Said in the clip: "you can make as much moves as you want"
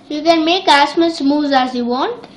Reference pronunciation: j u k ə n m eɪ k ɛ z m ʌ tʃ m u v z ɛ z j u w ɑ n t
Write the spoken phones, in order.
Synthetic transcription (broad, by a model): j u k ə n m eɪ k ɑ s m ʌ s m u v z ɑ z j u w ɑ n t